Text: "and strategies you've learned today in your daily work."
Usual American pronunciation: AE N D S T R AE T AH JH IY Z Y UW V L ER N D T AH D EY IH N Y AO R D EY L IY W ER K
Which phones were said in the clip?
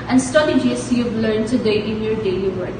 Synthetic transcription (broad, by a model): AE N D S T AH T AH JH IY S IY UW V L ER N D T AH D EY IH N Y AO R D EY L IY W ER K